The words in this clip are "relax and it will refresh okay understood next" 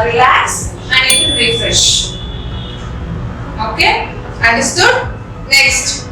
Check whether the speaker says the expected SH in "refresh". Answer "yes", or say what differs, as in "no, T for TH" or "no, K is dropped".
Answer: yes